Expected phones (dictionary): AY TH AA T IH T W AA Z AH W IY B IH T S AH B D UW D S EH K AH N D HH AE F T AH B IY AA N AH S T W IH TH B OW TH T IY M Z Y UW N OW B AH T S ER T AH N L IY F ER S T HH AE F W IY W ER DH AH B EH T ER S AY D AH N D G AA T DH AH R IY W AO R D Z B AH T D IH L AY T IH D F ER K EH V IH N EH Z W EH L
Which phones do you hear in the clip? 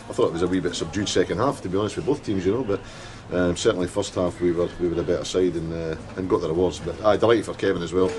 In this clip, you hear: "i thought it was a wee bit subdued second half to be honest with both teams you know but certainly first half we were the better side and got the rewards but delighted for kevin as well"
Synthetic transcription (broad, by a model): AY TH AA T IH T W AA Z AH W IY B IH T S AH B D UW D S EH K AH N D HH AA F T AH B IY AA N AH S T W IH B OW TH T IY M Z Y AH N OW B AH T S ER T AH N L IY F ER S T HH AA F W IY W ER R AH B EH T ER S AY D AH N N G AA T DH AH R IY W AO R D Z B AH T D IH L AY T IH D F ER K EH V IH N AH Z W EH L